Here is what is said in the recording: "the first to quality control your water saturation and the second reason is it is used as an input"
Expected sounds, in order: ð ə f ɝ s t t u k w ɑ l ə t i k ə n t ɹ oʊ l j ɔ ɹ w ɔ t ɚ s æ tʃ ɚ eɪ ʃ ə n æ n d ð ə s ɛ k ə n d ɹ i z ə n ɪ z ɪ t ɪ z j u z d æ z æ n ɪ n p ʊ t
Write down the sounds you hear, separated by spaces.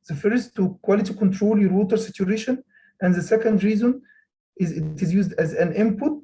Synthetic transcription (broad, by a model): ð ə f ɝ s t t u k w ɑ l ə t i k ə n t ɹ oʊ l j ɔ ɹ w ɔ t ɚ s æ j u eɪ ʃ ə n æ n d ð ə s ɛ k ə n d ɹ i z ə n ɪ z ɪ t ɪ z j u z d æ z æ n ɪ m p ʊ t